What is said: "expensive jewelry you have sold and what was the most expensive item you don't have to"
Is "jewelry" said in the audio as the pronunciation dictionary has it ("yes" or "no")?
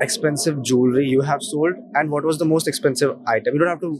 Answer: yes